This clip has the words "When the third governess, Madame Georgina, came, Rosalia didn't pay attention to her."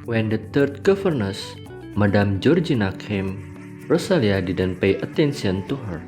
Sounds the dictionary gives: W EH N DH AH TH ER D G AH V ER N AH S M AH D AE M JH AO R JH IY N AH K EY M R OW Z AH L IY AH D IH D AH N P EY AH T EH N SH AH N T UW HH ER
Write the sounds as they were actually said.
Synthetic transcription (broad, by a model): W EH N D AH T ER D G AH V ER N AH S M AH D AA M JH AO R JH IY N AH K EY M R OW S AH L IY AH D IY D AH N P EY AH T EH N S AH N T UW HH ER